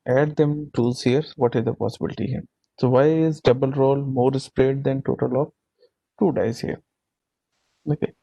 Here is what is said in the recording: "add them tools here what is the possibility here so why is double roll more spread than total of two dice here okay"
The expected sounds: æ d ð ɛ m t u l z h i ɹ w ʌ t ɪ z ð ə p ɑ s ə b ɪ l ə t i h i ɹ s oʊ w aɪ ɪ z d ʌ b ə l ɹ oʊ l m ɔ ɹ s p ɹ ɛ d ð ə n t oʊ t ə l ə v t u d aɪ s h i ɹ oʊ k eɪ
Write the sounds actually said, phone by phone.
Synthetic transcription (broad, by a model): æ d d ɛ m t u z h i ɹ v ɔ t ɪ z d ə p ɑ s ə b ɪ l ə t i h i ɹ s oʊ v aɪ ɪ z d ʌ b ə l ɹ oʊ l m ɔ ɹ s p ɹ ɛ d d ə n t oʊ t ə l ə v t u d aɪ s h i ɹ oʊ k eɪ